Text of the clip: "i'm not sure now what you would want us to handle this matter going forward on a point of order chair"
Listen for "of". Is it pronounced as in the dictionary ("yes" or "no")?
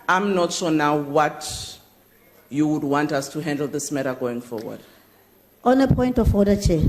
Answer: no